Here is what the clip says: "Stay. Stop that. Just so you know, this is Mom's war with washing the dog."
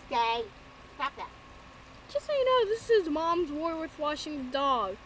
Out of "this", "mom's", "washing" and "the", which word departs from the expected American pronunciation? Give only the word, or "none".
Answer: none